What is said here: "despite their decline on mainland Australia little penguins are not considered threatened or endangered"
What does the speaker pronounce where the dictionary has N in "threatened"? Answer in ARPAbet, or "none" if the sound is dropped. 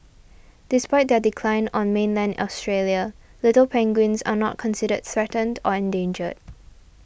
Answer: N